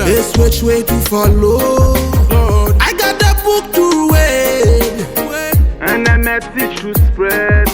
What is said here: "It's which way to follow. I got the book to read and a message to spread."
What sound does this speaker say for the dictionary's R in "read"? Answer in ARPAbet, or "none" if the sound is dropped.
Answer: W